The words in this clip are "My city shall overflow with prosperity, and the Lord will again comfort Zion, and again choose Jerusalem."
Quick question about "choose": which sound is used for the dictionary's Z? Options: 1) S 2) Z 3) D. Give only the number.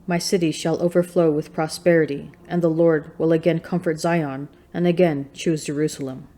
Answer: 2